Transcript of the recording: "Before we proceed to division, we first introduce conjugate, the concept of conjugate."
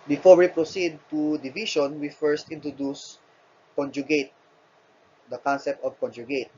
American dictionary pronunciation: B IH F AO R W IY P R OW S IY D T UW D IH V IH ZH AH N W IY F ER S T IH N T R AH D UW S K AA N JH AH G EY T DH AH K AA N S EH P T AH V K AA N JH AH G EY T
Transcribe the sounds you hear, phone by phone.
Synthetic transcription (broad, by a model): B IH F AO R W IY P R OW S IY D T UW D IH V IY SH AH N W IY F ER S T IH N T R AH D UW S K AA N JH AH G EY T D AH K AA N S EH P T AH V K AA N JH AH G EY T